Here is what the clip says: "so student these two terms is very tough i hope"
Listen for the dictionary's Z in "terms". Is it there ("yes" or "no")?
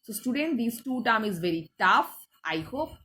no